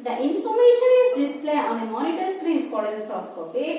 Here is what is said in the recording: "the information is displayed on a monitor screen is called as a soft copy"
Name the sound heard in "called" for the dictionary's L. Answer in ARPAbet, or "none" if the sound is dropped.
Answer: none